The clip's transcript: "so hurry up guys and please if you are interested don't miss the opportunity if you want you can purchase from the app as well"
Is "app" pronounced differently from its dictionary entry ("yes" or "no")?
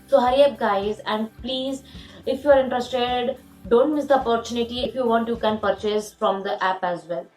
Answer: no